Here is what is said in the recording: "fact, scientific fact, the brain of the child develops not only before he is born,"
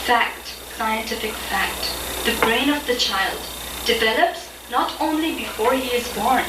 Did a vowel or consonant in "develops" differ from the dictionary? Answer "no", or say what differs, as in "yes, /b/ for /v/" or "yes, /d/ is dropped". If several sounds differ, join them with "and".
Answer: no